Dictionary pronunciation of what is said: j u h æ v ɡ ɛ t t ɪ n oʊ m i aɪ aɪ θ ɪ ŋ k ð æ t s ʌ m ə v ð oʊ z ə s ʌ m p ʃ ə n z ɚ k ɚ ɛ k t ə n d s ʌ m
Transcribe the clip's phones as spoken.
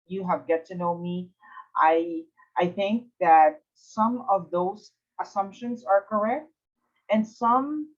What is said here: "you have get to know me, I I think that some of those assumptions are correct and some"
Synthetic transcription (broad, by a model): j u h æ v ɡ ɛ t t ɪ n oʊ m i aɪ aɪ θ ɪ ŋ k ð æ t s ʌ m ə v ð oʊ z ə s ʌ m p ʃ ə n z ɚ k ɚ ɛ k t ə n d s ʌ m